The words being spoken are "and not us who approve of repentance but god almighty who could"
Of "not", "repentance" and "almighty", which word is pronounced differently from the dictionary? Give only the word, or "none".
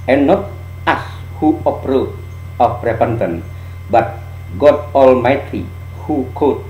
repentance